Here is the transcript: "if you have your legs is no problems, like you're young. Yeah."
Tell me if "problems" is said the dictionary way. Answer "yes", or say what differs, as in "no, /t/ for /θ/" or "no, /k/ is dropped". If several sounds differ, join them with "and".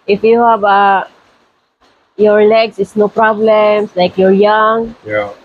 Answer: no, /s/ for /z/